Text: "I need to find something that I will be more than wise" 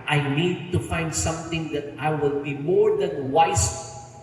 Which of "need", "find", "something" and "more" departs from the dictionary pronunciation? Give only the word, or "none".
something